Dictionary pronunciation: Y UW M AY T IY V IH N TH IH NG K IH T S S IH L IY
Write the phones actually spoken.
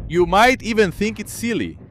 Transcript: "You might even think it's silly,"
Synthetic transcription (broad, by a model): Y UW M AY T IY V IH N TH IH NG K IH T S S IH L IY